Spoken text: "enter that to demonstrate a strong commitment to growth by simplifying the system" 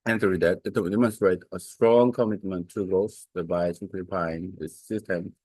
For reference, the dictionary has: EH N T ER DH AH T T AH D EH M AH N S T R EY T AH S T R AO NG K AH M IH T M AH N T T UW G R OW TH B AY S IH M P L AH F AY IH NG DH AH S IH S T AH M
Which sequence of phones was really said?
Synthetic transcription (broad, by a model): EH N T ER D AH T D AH D EH M AH N S T R EY T AH S T R AO NG K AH M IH T M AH N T T UW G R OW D B AY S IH P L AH P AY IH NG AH S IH S T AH M